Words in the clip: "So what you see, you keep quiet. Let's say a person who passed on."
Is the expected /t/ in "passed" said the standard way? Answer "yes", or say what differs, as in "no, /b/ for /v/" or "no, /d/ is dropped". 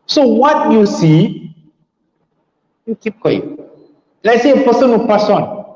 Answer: no, /t/ is dropped